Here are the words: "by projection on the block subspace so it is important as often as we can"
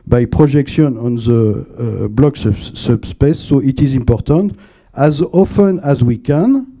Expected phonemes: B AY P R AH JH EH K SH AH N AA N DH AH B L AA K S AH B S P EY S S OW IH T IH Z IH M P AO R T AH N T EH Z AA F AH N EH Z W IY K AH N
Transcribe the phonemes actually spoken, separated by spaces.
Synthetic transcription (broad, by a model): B AY P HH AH ZH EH K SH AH N AA N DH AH B L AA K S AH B S P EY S S OW IH T IH Z IH M P AO R T AH N T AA Z AA F AH N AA Z W IY K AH N